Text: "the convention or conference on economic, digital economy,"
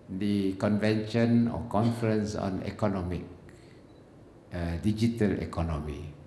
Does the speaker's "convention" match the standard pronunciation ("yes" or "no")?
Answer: yes